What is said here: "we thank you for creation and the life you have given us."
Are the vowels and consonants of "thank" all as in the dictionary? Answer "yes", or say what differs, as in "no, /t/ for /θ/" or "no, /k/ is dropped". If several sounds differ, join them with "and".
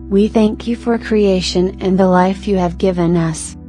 yes